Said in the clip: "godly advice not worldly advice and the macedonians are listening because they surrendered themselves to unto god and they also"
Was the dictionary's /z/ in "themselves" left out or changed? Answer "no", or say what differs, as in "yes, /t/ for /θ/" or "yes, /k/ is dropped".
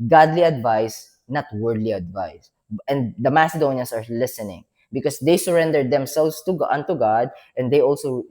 yes, /s/ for /z/